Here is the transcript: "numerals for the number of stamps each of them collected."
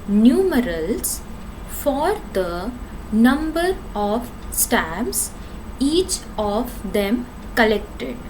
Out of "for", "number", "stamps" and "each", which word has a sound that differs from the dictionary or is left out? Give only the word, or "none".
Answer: stamps